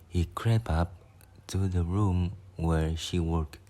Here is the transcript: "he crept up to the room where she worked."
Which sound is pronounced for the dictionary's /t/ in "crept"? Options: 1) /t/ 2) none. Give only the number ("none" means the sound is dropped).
2